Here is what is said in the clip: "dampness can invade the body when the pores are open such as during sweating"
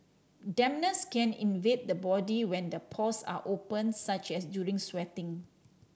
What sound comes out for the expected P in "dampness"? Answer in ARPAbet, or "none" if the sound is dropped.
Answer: none